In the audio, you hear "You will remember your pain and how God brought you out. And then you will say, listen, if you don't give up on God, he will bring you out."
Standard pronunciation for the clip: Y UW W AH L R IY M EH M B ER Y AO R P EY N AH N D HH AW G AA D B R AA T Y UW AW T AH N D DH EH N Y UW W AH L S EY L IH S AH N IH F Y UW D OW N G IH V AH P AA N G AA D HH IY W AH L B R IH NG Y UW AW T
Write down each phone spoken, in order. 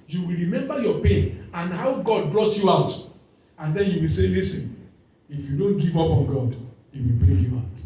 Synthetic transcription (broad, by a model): Y UW W AH L R IY M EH M B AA Y AO P EY N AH N HH AW G AA D B R AA T Y UW AW T AH N D EH N Y UW W AH L S EY L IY S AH N IH F Y UW D OW N G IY V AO P AA N G AA D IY W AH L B EH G Y UW AW T